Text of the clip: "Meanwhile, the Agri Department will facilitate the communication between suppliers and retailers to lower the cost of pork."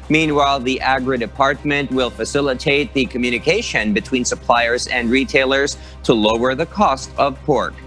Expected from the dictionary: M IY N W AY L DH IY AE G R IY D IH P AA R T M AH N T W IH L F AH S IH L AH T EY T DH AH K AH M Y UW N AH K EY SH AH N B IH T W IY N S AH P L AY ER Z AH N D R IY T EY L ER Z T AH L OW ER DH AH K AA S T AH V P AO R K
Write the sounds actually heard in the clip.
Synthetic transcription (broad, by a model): M IY N W AY L DH IY AE G R IY D IH P AA R T M AH N T W IH L F AH S IH L AH T EY T DH AH K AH M Y UW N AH K EY SH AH N B IH T W IY N S AH P L AY ER Z AH N D R IY T EY L ER Z T AH L OW ER DH AH K AA S T AH V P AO R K